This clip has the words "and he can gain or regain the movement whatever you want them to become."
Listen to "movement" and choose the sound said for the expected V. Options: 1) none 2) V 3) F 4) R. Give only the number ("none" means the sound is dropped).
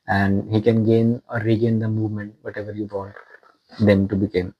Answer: 2